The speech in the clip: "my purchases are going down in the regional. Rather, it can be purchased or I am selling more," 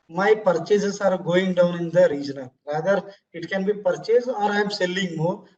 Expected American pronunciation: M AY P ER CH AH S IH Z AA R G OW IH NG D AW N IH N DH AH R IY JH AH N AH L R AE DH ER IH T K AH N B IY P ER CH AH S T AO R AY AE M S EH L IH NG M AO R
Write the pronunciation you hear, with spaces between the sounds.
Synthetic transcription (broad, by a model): M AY P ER CH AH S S AA R G OW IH NG D AW N IH N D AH R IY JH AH N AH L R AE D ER IH T K AH N B IY P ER CH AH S AO R AY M S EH L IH NG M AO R